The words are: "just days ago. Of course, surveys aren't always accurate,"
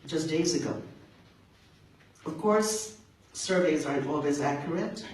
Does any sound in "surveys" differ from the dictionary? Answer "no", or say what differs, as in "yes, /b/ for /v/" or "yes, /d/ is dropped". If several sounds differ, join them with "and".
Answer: no